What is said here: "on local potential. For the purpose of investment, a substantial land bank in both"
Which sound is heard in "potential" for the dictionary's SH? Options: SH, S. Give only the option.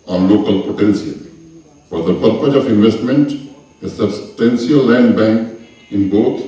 S